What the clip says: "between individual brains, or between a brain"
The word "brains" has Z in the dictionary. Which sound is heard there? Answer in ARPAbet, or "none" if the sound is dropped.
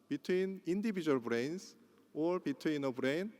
S